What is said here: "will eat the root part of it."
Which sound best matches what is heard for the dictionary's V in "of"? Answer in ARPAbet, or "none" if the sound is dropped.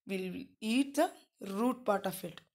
F